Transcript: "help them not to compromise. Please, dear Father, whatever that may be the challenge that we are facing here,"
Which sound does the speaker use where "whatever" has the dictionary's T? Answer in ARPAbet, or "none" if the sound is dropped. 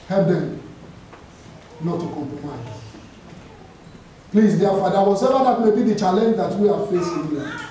S